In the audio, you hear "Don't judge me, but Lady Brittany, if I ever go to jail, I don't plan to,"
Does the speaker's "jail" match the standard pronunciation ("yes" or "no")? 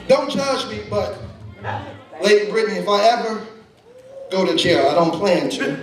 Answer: no